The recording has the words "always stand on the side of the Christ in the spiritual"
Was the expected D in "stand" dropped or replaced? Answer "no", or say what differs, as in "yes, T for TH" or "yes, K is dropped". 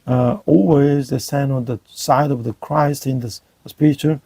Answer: yes, D is dropped